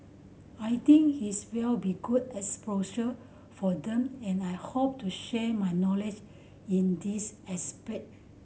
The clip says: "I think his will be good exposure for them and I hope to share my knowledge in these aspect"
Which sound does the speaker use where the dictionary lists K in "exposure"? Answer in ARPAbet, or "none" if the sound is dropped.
none